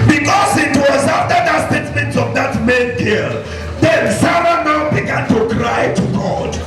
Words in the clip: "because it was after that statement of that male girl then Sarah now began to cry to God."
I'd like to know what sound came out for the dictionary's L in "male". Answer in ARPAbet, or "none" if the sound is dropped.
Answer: N